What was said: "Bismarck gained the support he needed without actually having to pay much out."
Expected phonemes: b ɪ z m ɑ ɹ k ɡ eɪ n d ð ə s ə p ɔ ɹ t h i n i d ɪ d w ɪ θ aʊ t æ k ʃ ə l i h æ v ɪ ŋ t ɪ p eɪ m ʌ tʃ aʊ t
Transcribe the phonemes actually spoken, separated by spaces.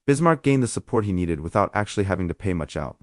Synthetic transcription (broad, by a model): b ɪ z m ɑ ɹ k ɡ eɪ n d ð ə s ə p ɔ ɹ t h i n i d ɪ d w ɪ θ aʊ t æ k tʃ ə l i h æ v ɪ ŋ t ɪ p eɪ m ʌ tʃ aʊ t